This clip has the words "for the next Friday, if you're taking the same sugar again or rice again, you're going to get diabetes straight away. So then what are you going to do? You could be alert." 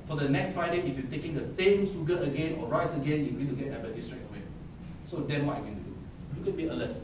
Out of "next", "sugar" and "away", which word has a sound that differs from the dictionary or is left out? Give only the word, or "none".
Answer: sugar